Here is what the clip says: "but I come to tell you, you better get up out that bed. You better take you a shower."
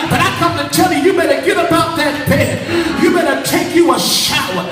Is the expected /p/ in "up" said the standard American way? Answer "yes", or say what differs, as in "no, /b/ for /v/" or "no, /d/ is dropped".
no, /b/ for /p/